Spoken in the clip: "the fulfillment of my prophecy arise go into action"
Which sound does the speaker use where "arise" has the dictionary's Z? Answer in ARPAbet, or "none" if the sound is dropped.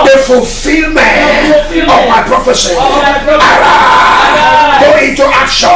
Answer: none